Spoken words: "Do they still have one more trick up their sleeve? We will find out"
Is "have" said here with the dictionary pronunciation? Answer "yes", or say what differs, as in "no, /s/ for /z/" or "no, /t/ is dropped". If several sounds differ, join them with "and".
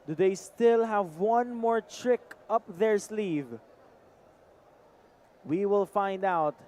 yes